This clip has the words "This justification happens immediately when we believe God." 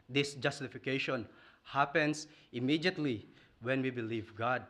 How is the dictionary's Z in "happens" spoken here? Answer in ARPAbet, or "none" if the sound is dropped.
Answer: S